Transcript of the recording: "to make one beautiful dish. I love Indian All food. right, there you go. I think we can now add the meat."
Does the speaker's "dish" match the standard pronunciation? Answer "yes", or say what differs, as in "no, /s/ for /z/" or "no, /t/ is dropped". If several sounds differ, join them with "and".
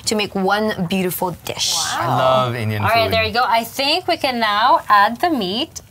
yes